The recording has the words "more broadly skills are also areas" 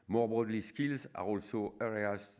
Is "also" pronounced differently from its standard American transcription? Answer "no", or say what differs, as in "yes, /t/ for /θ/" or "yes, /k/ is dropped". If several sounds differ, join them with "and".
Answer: no